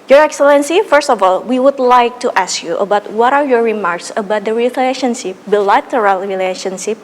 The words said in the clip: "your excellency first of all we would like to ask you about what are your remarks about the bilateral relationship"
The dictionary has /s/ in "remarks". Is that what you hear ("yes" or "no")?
yes